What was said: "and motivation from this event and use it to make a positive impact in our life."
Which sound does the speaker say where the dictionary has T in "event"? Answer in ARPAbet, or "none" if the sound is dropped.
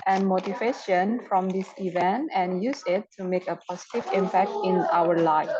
T